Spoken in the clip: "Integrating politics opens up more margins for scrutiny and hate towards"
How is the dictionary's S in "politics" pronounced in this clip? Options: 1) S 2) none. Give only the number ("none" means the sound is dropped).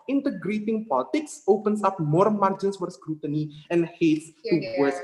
1